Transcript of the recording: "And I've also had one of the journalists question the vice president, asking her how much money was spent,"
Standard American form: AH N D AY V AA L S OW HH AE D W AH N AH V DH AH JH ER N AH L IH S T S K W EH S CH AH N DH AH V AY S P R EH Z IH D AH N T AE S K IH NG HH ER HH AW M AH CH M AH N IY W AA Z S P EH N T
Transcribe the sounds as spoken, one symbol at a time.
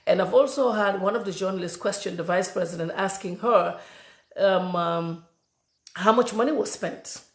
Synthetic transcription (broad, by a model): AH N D AY V AA L S OW HH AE D W AH N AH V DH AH JH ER N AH L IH S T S K W EH S CH AH N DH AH V AY S P R EH Z IH D AH N T AE S K IH NG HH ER HH AW M AH CH M AH N IY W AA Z S P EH N T